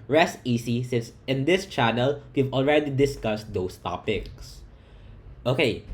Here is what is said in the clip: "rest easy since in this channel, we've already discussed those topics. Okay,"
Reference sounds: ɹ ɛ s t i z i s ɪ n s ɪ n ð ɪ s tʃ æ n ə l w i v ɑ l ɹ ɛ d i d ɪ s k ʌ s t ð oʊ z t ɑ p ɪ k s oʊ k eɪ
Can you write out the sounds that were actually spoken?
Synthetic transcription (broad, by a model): ɹ ɛ s t i s i s ɪ n s ɪ n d ɪ s tʃ æ n ə l w i v ɑ l ɹ ɛ d i d ɪ s k ʌ s t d oʊ s t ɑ p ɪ k s oʊ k eɪ